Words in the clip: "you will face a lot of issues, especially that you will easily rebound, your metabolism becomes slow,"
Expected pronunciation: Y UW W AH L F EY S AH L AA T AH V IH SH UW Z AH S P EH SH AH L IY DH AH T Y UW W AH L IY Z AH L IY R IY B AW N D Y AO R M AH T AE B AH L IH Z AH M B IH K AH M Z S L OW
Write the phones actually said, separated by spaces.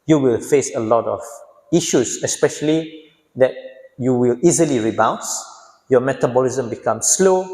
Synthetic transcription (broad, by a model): Y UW W AH L F EY S AH L AA T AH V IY SH UW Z AH S P EH SH AH L IY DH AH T Y UW W AH L IY Z AH L IY R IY B AW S Y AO M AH T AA B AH L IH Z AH M B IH K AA M S L OW